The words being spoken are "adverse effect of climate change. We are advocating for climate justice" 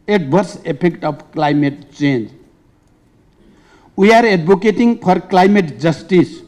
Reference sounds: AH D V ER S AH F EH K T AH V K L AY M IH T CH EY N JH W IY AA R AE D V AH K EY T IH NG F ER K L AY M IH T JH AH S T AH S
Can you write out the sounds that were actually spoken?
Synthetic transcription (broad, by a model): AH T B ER S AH P EH K T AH B K L AY M IH T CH EY N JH W IY AA R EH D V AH K EY T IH NG P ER K L AY M IH T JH AH S T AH S